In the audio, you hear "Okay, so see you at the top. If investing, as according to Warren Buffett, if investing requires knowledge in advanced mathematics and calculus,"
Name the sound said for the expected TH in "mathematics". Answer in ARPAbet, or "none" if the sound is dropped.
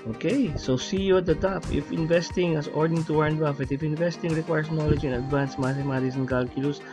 S